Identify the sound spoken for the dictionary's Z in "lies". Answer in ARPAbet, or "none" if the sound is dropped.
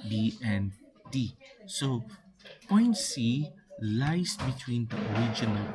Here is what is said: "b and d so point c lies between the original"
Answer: S